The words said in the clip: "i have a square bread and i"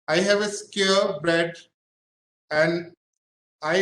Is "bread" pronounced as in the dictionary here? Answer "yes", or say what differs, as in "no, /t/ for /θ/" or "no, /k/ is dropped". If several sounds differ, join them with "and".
no, /ɹ/ is dropped